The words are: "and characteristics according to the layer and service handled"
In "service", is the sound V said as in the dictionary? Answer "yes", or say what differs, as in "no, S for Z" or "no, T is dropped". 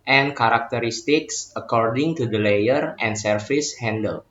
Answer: no, F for V